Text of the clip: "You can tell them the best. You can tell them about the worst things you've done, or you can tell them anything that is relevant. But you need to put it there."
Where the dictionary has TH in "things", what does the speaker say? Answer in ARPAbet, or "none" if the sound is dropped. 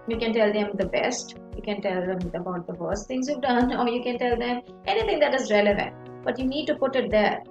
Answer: T